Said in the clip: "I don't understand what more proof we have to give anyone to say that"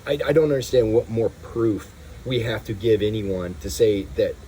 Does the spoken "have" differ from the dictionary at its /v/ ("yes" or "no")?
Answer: yes